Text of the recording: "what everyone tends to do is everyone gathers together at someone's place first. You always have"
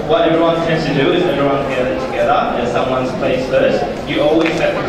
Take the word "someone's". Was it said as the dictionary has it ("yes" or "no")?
yes